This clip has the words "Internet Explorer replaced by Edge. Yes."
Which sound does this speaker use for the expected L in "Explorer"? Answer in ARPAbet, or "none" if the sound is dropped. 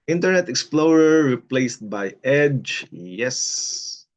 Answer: L